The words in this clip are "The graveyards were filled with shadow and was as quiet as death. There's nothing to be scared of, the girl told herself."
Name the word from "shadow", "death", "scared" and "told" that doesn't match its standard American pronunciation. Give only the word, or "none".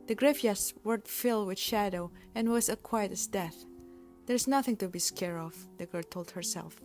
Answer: scared